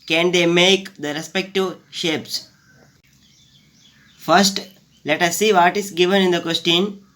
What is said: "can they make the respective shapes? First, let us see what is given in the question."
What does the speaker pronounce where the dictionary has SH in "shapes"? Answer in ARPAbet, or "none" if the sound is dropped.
SH